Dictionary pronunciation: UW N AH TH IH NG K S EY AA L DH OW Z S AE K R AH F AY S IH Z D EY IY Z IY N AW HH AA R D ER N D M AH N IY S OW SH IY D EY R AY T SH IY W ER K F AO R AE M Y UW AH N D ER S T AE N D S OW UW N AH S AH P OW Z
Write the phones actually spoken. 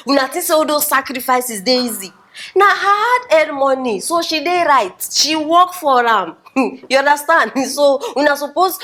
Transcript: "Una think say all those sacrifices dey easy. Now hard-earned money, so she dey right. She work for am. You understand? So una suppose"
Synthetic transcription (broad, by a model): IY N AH T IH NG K S EY AA L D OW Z S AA K R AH F AY S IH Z D EY IY Z IY N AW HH AA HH D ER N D M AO N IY S OW SH IY D EY R AY T SH IY W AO K F AO R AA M Y UW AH N D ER S T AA N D S OW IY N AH S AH P OW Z